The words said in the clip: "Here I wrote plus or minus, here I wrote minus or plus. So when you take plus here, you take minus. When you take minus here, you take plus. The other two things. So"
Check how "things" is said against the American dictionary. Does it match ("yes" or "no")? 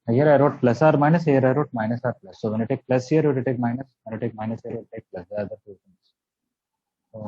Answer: no